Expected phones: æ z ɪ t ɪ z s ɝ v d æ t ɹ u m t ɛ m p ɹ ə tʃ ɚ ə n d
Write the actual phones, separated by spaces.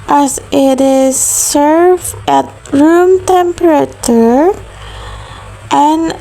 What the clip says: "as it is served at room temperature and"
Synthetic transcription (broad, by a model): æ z ɪ t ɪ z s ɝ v æ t ɹ u m t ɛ m p ɹ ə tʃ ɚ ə n